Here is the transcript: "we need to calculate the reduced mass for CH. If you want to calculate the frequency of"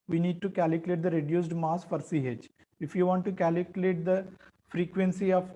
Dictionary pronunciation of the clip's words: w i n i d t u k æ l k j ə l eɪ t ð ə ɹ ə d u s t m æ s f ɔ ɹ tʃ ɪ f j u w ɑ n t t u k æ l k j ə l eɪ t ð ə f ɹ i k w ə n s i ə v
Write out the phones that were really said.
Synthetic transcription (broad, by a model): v i n i d t u k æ l k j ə l eɪ t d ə ɹ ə d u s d m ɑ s f ɔ ɹ s ɪ f j u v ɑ n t t u k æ l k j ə l eɪ t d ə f ɹ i k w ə n s i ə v